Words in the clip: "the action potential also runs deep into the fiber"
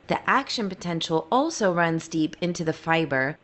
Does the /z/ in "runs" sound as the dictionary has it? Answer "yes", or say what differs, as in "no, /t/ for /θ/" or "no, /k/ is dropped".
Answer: yes